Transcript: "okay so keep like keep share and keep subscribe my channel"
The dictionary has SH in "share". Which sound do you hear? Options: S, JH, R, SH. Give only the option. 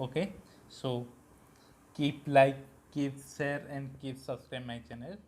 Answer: S